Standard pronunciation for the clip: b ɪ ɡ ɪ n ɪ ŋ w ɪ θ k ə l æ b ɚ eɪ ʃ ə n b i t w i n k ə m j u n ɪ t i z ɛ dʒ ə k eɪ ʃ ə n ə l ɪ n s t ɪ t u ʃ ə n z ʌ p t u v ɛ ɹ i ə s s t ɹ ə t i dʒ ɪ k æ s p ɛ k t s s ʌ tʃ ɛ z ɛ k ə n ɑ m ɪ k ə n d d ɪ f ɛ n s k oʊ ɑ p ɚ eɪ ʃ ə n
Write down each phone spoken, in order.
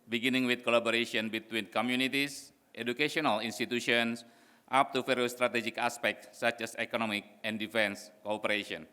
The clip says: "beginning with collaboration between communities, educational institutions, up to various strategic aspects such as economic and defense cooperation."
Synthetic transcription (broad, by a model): b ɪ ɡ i n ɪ ŋ w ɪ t k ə l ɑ b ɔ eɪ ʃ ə n b i t w i n k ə m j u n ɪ t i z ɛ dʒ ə k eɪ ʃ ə n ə l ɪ n s t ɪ t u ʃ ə n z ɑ p t u f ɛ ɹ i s s t ɹ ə t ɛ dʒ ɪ k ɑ s p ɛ k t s s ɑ tʃ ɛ s ɛ k ə n ɑ m ɪ k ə n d d ɪ f ɛ n s k oʊ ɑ p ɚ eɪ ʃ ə n